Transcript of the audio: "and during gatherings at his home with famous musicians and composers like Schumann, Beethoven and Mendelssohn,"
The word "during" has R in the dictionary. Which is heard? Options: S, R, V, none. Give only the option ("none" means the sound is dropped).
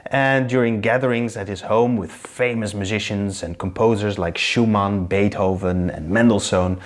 R